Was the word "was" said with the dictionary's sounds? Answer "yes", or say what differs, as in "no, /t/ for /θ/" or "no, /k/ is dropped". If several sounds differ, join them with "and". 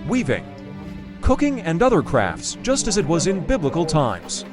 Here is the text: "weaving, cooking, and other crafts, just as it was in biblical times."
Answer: yes